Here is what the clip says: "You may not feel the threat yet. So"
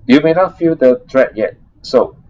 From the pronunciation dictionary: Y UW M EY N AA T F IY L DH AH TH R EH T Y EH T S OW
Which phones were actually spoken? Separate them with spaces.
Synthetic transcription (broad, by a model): Y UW M EY N AA T F IY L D AH T R EH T Y EH T S OW